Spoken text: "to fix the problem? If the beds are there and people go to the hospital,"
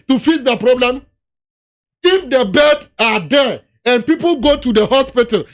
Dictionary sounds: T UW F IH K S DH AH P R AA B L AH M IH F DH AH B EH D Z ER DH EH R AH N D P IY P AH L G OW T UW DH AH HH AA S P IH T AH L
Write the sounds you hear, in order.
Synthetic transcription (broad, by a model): T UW F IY S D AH P R AA B L AH M IH F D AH B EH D AA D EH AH N P IY P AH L G OW T UW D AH HH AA S P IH T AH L